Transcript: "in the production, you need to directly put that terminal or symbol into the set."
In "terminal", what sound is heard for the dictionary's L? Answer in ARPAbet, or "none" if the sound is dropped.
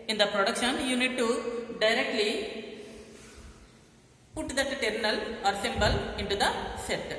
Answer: L